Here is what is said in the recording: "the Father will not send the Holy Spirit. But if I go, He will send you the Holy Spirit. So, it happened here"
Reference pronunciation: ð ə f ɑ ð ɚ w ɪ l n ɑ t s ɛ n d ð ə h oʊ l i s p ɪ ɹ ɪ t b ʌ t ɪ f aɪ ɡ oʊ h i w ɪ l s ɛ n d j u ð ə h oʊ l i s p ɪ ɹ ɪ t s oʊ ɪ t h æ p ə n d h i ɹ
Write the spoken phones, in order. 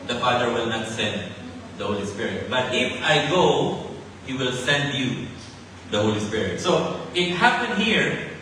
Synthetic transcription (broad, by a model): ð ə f ɑ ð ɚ w ɪ l n ɑ t s ɛ n d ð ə h oʊ l i s p ɪ ɹ ɪ t b ʌ t ɪ f aɪ ɡ oʊ h i w ɪ l s ɛ n d j u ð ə h oʊ l i s p ɪ ɹ ɪ t s oʊ ɪ t h æ p ə n d h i ɹ